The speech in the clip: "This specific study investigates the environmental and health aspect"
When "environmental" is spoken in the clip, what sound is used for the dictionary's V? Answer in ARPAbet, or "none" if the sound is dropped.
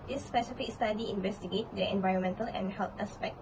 V